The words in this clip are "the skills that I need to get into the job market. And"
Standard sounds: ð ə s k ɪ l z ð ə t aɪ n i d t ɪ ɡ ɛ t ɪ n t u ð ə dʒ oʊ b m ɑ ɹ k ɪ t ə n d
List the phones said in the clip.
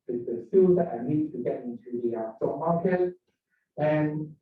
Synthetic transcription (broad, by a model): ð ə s u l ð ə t aɪ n i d t ɪ ɡ ɛ t ɪ n t u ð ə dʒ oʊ m ɑ ɹ k ɪ t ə n